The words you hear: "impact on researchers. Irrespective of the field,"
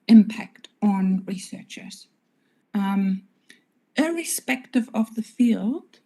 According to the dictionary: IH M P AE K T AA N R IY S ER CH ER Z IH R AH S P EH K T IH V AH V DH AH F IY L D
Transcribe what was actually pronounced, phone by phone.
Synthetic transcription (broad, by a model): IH M P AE K T N R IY S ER CH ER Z IH R AH S P EH K T IH V AH V DH AH F IY L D